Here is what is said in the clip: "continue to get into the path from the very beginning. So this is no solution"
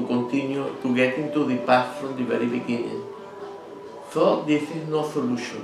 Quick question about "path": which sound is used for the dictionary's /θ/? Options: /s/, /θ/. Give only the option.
/s/